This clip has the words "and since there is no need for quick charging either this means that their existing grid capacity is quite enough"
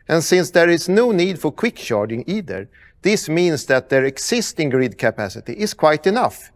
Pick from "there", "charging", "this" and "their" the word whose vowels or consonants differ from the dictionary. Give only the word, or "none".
charging